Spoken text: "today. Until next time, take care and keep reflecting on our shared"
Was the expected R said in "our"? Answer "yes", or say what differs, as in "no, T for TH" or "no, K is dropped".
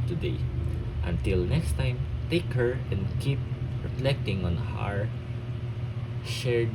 yes